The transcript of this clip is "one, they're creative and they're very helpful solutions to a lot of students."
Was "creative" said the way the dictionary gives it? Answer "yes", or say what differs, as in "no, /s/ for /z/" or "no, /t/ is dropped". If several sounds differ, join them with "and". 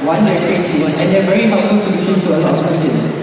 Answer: no, /v/ is dropped